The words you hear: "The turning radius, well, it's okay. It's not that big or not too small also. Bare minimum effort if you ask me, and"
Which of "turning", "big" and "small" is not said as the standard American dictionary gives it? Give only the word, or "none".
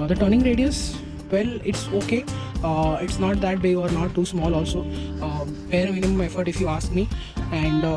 big